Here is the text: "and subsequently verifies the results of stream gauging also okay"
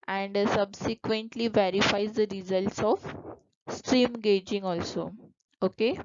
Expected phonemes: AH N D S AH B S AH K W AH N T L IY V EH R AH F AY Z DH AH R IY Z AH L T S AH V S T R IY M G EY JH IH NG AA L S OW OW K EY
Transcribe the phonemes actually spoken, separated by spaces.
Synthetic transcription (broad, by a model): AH N D S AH B S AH K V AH N T L IY V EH R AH F AY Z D AH R IY Z AH L T S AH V S T R IY M G EY JH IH NG AA L S OW OW K EY